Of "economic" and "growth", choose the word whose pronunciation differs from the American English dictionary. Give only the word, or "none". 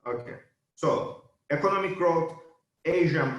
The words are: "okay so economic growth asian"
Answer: growth